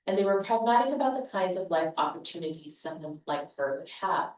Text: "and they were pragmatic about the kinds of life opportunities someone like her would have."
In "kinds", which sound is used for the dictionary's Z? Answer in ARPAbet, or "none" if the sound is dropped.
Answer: Z